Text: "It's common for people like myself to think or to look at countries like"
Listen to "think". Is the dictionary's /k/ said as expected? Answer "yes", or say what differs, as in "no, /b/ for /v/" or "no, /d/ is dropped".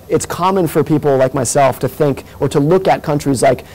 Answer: yes